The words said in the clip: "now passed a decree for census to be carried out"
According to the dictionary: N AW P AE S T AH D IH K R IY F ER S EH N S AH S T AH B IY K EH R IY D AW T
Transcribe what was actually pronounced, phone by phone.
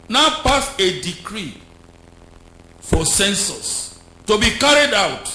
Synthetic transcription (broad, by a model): N AW P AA S AH D IH K R IY F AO S EH N S AH S T AH B IY K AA R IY D AW T